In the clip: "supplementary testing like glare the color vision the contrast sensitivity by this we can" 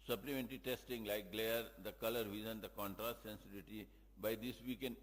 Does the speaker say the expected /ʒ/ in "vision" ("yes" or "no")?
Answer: no